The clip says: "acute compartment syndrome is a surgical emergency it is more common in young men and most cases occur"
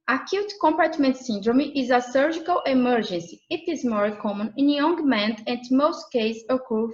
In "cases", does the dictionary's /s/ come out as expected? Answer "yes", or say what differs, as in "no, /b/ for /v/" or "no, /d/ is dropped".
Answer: no, /s/ is dropped